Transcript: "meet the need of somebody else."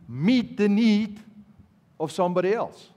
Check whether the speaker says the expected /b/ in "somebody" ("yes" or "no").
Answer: yes